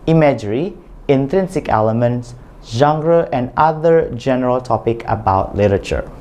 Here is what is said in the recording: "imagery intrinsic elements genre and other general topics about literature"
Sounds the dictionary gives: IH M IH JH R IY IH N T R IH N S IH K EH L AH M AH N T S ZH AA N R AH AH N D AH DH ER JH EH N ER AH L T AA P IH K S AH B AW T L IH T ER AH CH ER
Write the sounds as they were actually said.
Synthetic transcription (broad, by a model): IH M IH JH R IY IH N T R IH N S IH K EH L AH M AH N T S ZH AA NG R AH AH N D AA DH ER JH EH N ER AH L T AA P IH K AH B AW T L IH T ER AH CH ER